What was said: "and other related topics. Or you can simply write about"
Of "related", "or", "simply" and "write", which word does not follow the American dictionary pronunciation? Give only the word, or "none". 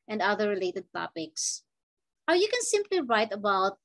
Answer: or